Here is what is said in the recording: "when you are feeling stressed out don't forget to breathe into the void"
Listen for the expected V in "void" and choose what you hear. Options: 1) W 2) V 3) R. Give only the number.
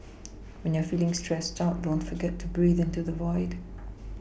2